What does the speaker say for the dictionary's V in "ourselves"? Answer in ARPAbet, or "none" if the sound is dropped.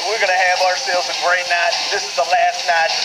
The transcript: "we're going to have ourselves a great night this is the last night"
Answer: none